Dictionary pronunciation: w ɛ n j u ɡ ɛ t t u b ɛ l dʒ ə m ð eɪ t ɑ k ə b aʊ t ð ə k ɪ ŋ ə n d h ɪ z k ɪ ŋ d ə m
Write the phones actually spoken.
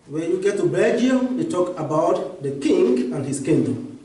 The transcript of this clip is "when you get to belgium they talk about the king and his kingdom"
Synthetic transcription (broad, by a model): w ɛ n j u ɡ ɛ t t u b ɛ dʒ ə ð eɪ t ɑ k ə b aʊ t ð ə k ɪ ŋ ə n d h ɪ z k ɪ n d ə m